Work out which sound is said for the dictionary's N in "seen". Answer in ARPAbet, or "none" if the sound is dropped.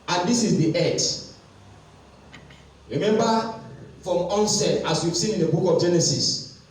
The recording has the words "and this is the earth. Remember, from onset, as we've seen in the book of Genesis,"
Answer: none